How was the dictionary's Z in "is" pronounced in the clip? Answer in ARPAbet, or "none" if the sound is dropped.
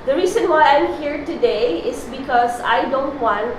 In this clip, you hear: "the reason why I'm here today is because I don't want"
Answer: S